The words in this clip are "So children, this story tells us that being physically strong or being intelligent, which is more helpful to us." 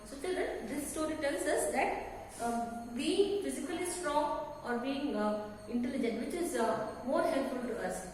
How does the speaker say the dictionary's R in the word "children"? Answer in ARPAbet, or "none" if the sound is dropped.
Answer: none